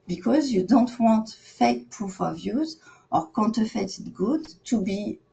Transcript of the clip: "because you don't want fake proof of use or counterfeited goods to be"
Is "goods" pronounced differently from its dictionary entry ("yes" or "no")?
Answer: yes